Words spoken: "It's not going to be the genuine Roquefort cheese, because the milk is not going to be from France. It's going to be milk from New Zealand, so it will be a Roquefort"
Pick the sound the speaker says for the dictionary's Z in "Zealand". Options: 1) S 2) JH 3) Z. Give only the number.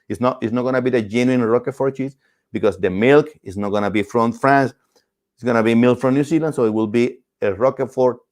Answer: 1